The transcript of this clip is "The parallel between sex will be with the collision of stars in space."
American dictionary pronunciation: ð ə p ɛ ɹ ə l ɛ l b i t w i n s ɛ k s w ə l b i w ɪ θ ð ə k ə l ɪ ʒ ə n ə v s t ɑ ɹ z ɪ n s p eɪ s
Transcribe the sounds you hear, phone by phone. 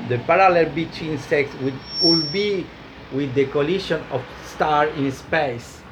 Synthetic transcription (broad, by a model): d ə p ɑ ɹ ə l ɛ l b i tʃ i n s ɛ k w w ə l b i w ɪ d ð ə k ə l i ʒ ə n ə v s t ɑ ɹ ɪ n s p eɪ s